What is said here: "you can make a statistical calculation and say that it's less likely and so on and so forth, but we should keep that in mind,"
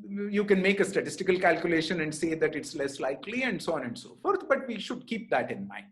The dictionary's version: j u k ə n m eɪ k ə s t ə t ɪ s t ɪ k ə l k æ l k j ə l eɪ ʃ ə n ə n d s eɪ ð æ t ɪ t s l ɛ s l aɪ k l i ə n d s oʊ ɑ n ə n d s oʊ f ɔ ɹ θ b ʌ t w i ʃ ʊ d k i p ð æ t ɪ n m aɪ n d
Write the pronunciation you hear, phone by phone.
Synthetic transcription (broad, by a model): j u k ə n m eɪ k ə s t ə t ɪ s t ɪ k ə l k æ l k j ə l eɪ ʃ ə n ə n d s eɪ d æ t ɪ t s l ɛ s l aɪ k l i ə n d s oʊ ɑ n ə n d s oʊ f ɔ ɹ t b ʌ t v i ʃ ʊ d k i p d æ t ɪ n m aɪ n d